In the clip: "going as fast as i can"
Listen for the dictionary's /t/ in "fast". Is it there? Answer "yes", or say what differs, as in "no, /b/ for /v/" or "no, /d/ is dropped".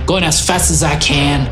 yes